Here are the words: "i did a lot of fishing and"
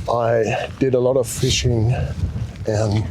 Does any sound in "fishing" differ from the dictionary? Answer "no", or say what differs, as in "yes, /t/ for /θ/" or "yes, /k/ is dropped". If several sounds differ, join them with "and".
no